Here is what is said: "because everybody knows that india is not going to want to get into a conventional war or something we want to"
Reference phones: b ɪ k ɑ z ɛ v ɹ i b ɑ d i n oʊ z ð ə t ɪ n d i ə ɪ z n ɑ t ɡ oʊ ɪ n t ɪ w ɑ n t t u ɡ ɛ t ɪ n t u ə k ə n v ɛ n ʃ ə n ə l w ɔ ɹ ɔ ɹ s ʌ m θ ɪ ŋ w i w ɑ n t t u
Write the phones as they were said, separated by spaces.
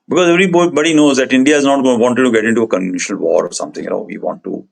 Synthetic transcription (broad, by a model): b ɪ k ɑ z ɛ v ɹ i b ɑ d i n oʊ z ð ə t ɪ n d i ə ɪ z n ɑ t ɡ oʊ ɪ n t ɪ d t t u ɡ ɛ t ɪ n t u ə k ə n ɪ ʃ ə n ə l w ɔ ɹ ɔ ɹ s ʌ m t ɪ ŋ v i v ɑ n t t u